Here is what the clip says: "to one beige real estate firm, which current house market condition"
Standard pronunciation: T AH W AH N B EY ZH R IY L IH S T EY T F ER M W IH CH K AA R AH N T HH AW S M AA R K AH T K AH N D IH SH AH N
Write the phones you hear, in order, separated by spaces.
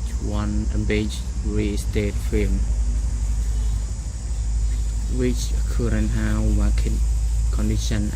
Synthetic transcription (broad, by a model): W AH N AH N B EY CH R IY S T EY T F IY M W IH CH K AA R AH N HH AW M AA K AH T K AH N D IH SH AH N